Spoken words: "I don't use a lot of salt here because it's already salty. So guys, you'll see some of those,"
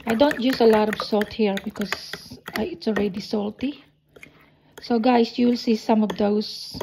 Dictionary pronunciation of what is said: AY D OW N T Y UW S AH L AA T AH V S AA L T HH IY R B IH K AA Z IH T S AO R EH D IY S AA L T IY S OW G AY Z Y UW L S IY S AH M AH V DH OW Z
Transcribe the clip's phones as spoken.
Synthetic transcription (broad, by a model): AY D OW N T Y UW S AH L AA T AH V S AA L T HH IY R B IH K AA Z IH T S AO R EH D IY S AA L T IY S OW G AY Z Y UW L S IY S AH M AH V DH OW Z